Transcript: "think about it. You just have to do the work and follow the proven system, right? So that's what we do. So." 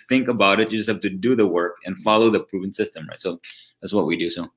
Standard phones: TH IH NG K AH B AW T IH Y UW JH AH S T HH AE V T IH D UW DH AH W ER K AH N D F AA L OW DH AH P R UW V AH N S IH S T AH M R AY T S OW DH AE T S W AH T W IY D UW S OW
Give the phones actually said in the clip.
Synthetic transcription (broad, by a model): TH IH NG K AH B AW T IH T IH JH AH S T HH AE F T IH D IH DH AH W ER K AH N F AA L OW DH AH P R UW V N S IH S T AH M R AY T S OW DH AE T S W AH T W IY D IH S OW